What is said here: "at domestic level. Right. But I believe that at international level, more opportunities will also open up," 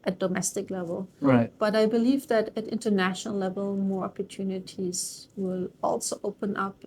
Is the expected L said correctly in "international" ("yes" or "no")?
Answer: yes